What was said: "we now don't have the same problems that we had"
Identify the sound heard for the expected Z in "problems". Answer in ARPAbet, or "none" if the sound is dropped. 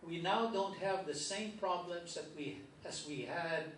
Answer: Z